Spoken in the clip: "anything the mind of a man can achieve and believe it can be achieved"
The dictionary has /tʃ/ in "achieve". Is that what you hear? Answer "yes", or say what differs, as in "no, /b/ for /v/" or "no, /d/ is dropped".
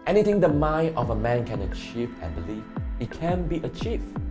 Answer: yes